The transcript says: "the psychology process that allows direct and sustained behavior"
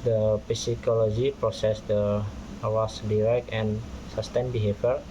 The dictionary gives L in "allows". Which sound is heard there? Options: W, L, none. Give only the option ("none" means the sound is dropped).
W